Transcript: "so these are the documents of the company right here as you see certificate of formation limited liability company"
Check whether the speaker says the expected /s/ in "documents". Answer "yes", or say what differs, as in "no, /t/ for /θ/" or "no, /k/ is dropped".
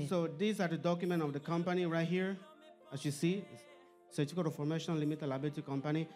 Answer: no, /s/ is dropped